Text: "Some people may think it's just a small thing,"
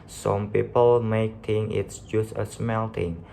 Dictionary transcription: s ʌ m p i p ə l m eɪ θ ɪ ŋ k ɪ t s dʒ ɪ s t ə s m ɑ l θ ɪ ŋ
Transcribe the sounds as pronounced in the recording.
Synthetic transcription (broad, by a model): s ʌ m p i p ə l m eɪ t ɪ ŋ ɪ t s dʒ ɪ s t ə s m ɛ l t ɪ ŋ